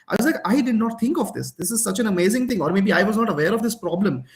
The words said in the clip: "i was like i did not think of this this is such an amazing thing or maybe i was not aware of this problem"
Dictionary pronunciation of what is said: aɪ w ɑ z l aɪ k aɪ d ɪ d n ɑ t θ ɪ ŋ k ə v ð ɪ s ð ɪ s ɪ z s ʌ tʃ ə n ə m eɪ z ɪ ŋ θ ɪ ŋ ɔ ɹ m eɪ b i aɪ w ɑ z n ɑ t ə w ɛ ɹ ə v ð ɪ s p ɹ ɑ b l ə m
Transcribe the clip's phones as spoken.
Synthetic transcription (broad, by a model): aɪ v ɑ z l aɪ k aɪ d ɪ d n ɑ t t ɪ ŋ k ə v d ɪ s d ɪ s ɪ z s ʌ tʃ ə n ə m eɪ z ɪ ŋ t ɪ ŋ ɔ ɹ m eɪ b i aɪ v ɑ z n ɑ t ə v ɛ ɹ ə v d ɪ s p ɹ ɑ b l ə m